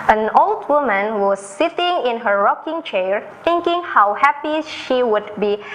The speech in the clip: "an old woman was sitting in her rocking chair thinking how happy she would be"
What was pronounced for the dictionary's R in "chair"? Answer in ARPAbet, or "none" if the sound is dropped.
R